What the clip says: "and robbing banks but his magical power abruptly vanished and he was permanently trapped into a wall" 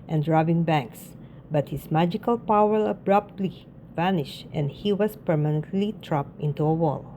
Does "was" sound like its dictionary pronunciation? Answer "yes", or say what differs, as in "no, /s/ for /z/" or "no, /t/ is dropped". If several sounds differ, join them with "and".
no, /s/ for /z/